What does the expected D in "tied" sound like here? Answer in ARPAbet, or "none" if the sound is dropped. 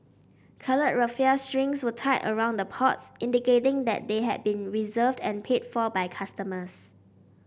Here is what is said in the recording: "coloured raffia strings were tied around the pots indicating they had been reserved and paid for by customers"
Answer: none